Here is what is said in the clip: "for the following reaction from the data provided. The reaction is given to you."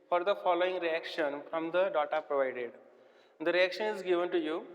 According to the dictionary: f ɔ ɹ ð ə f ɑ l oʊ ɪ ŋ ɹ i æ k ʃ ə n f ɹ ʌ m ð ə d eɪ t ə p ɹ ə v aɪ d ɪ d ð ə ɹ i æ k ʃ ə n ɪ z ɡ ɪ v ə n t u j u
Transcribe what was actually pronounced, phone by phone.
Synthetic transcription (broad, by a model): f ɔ ɹ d ə f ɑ l oʊ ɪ ŋ ɹ i æ k ʃ ə n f ɹ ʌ m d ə d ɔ t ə p ɹ ə v aɪ d ɪ d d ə ɹ i æ k ʃ ə n ɪ z ɡ ɪ v ə n t u j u